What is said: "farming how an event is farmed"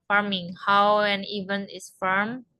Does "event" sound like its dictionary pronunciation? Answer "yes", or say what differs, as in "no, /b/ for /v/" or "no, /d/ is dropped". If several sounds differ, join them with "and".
no, /t/ is dropped